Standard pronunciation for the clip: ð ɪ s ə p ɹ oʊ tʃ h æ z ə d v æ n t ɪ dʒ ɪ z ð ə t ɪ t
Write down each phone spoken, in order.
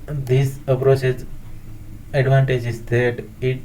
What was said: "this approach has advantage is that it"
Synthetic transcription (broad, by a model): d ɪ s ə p ɹ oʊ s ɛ s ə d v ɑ n t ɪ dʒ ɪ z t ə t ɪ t